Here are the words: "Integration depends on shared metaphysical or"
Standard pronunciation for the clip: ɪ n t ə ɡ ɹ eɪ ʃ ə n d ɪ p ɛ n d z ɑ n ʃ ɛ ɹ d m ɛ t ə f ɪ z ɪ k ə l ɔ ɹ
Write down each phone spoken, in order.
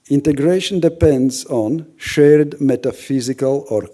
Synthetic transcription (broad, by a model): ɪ n t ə ɡ ɹ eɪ ʃ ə n d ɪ p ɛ n d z ɑ n ʃ ɛ ɹ d m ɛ t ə f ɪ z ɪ k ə l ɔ ɹ